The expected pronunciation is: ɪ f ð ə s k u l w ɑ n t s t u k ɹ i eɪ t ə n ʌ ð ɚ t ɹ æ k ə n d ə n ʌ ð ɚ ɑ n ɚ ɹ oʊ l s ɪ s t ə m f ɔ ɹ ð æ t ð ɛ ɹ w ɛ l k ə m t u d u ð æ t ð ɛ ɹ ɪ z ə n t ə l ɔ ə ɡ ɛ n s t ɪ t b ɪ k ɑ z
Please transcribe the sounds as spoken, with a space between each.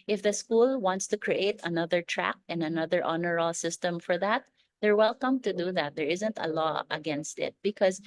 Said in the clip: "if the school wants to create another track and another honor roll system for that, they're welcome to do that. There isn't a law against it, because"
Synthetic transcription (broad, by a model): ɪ f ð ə s k u l w ɑ n t s t u k ɹ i eɪ t ə n ʌ ð ɚ t ɹ æ k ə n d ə n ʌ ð ɚ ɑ n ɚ ɹ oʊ l s ɪ s t ə m f ɔ ɹ ð æ t ð ɛ ɹ w ɛ l k ə m t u d u ð æ t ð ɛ ɹ ɪ z ə n t ə l ɔ ə ɡ ɛ n s t ɪ t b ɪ k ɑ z